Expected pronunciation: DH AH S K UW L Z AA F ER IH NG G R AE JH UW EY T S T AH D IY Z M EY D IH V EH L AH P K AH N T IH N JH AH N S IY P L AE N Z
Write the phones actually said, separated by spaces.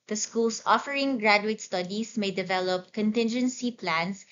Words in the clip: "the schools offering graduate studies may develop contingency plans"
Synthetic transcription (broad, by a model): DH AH S K UW L S AA F ER IH NG G R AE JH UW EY T S T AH D IY S M EY D IH V EH L AH P K AH N T IH N JH AH N S IY P L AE N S